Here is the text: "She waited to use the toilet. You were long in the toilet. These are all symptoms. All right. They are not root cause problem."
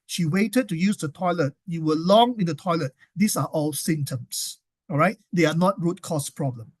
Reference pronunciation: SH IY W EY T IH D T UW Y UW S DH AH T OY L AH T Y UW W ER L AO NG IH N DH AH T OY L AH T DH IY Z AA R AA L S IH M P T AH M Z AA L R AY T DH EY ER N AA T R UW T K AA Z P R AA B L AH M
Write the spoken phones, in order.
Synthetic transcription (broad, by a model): SH IY W EY T IH D T UW Y UW S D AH T OY L AH T Y UW W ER L AO NG IH N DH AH T OY L AH T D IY S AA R AA L S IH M T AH M S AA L R AY T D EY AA N AA T R UW T K AA S P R AA B L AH M